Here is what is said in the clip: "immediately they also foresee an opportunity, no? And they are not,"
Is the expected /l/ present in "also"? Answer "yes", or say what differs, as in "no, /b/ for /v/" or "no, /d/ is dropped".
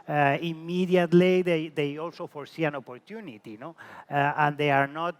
yes